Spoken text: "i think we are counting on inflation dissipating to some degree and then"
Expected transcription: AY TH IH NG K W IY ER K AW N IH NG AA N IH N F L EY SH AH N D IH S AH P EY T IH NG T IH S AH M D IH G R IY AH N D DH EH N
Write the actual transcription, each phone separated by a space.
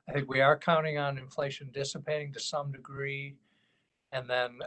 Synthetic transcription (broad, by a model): AY TH IH NG K W IY ER K AW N IH NG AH N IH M F L EY SH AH N D IH S AH P EY T IH NG T IH S AH M D IH G R IY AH N DH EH N